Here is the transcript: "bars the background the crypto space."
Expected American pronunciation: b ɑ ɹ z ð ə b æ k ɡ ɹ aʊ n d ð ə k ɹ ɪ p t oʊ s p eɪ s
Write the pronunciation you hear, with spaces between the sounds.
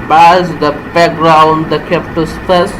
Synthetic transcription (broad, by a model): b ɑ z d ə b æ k ɡ ɹ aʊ n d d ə k ɛ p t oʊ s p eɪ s